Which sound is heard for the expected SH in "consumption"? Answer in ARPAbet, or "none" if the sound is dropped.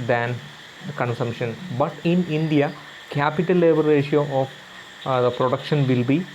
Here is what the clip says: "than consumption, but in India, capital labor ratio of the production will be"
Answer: SH